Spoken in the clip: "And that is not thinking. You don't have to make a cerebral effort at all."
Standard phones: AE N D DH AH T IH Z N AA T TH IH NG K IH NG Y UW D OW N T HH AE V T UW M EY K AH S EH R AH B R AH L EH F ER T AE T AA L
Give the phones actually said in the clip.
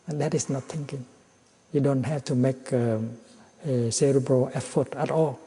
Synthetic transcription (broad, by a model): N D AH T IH S N AA T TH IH NG K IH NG Y UW D OW N T HH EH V T UW M EY K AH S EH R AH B AH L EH F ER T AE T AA L